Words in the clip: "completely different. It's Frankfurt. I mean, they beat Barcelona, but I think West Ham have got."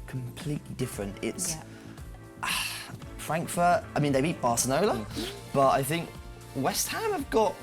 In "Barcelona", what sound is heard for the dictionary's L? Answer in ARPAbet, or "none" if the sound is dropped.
N